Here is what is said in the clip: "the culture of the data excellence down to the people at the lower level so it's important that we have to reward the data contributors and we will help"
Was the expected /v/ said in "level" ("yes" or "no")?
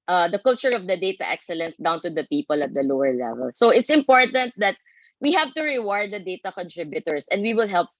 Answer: yes